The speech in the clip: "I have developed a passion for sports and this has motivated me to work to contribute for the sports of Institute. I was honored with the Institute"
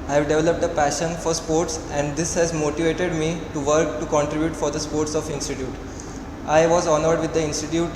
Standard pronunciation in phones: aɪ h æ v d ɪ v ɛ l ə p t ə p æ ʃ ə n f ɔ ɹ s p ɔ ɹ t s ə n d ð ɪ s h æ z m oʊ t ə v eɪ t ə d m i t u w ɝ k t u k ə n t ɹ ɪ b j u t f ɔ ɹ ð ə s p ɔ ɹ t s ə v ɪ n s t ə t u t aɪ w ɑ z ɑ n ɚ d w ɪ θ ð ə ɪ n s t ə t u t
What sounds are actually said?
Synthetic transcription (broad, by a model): aɪ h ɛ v d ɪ v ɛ l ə p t ə p æ ʃ ə n f ɔ ɹ s p ɔ ɹ t s ə n d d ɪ s h æ z m oʊ t ə v eɪ t ə d m i t u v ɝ k t u k ə n t ɹ ɪ b j u t f ɔ ɹ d ə s p ɔ ɹ t s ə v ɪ n s t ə t u t aɪ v ɑ z ɑ n ɚ d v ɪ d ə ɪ n s t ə t u t